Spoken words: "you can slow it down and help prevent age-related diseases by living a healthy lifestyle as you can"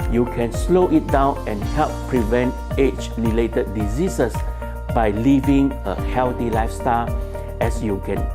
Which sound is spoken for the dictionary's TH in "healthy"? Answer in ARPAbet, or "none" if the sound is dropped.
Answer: T